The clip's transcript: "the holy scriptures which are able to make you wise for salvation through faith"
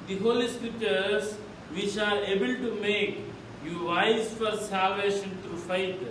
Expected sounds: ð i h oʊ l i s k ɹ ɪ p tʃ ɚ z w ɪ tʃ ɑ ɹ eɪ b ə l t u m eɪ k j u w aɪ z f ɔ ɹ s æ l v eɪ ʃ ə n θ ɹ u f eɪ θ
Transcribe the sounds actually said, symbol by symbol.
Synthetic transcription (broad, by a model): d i h oʊ l i s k ɪ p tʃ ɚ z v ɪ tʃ ɑ ɹ eɪ b ə l t u m eɪ k j u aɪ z f ɔ ɹ s æ l v eɪ ʃ ə n t ɹ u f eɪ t